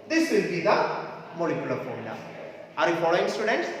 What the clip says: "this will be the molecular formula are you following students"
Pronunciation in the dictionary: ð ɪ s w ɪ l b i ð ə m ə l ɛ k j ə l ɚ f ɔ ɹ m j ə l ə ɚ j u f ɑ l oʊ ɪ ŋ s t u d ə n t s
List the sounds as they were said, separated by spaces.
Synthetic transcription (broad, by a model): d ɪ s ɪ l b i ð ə m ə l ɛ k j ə l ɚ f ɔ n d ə ə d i f ɑ l oʊ ɪ ŋ s t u d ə n t s